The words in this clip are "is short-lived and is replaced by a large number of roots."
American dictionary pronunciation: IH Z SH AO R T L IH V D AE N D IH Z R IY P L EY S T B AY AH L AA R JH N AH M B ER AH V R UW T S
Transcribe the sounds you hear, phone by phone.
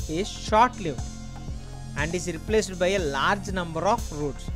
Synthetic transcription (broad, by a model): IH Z SH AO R T L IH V AE N D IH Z R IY P L EY S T B AY AH L AA R JH N AH M B ER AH F R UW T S